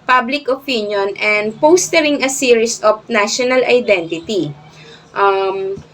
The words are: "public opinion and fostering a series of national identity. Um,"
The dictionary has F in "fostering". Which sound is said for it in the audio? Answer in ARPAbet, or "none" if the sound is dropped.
P